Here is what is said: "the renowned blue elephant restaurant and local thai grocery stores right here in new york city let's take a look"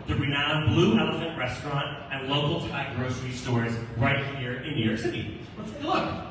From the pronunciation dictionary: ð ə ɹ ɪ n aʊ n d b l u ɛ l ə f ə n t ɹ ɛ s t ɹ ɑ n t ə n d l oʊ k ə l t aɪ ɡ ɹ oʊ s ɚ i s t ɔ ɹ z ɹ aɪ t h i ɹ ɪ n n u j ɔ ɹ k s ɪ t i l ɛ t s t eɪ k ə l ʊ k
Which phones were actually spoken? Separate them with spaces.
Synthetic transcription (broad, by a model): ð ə ɹ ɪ n aʊ n b l u ɛ l ə f ə n t ɹ ɛ s t ɹ ɑ n t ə n l oʊ k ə l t aɪ ɡ ɹ oʊ s ɚ i s t ɔ ɹ z ɹ aɪ t h i ɹ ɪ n n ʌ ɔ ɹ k s ɪ t i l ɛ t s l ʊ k